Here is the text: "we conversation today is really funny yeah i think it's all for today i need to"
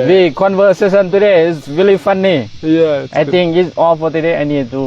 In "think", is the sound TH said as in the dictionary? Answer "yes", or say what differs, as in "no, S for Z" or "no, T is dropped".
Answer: no, T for TH